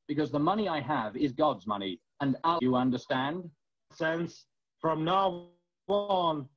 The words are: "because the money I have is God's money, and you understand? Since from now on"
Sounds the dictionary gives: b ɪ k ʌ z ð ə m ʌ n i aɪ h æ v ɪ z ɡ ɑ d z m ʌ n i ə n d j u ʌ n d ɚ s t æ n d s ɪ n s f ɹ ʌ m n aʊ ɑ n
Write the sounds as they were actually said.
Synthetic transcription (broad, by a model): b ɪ k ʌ z ð ə m ʌ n i aɪ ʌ v ɪ z ɡ ɑ d z m ʌ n i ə n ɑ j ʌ ʌ n d ɚ s t æ n d s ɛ n s f ɹ ʌ m n aʊ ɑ n